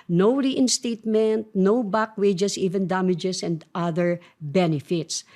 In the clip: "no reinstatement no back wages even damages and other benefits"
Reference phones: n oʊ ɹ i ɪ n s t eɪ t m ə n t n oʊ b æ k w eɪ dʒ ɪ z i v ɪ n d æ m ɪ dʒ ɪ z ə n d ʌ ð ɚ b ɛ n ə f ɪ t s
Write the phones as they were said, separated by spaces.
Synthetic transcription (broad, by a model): n oʊ ɹ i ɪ n s t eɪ t m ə n t n oʊ b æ k w eɪ dʒ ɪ s i v ɪ n d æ m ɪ dʒ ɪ s ə n d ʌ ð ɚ b ɛ n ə f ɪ t s